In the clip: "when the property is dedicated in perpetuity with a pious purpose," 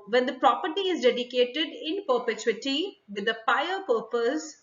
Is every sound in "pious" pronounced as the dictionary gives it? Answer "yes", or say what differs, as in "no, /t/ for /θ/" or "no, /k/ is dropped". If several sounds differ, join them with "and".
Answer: no, /s/ is dropped